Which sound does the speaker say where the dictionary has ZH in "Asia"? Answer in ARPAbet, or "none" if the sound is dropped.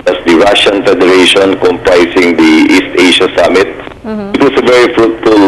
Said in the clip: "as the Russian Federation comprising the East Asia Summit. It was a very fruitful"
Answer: SH